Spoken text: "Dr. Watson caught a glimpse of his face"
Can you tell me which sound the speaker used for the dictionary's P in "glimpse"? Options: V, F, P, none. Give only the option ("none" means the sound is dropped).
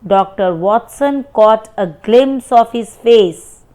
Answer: none